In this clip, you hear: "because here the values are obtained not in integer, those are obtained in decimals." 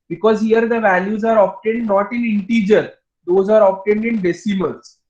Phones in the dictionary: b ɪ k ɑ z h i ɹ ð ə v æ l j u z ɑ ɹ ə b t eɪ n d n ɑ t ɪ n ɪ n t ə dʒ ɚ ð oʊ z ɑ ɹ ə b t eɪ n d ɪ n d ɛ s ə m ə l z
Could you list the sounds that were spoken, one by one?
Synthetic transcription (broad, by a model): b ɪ k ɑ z h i ɹ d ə v æ l j u z ɑ ɹ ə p t eɪ n d n ɑ t ɪ n ɪ n t ə dʒ ɚ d oʊ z ɑ ɹ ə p t eɪ n d ɪ n d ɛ s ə m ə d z